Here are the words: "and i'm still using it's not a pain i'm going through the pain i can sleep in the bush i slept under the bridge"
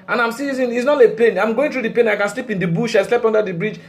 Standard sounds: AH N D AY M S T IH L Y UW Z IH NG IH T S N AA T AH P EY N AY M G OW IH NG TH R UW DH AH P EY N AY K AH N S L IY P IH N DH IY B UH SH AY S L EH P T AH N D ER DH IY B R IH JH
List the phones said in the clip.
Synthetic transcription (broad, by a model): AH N AY M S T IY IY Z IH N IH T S N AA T AH P EY N AY M G OW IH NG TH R UW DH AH P EY N AY K AH N S L IY P IH N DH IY B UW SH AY S L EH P AO N D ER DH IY B R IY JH